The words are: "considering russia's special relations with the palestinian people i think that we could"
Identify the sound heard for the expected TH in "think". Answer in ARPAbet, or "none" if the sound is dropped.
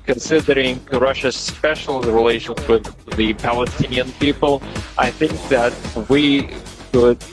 TH